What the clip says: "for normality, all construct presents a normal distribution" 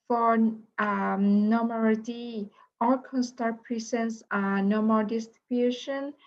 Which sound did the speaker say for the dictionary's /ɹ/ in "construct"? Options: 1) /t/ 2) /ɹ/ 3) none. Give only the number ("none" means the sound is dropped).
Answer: 3